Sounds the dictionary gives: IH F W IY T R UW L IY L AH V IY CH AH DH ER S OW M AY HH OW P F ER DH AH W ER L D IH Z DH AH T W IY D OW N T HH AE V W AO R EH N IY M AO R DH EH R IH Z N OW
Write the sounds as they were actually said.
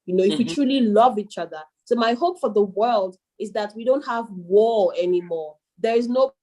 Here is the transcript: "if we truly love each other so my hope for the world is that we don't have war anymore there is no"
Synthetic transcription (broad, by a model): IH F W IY T R UW L IY L AH V IY CH AH DH ER S OW M AY HH OW P F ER DH AH W ER L D IH Z DH AH T W IY D OW N T HH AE V W AO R EH N IY M AO R DH EH R IH Z N OW